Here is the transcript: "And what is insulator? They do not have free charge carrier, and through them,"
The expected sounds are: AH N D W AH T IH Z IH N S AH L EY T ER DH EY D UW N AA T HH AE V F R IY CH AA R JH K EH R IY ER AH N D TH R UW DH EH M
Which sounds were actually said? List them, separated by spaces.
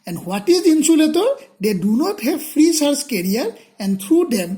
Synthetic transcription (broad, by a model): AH N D W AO T IH Z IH N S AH L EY T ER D EY D UW N AA T HH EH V F R IY S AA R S K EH R IY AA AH N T R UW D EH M